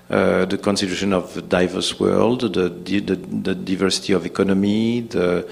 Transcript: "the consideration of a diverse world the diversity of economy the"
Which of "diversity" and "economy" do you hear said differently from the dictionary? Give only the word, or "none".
none